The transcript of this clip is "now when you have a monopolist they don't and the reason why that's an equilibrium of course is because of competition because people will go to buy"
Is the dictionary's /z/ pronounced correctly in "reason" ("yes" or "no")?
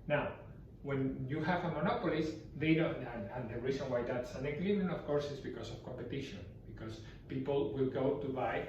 no